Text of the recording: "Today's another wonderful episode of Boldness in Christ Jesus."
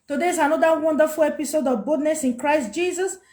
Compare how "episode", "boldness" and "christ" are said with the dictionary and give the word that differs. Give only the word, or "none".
boldness